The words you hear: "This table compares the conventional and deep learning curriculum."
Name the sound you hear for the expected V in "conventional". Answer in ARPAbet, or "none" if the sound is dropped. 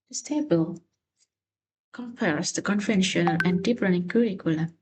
F